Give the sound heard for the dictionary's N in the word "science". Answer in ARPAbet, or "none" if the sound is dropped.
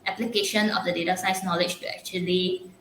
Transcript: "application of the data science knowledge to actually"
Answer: none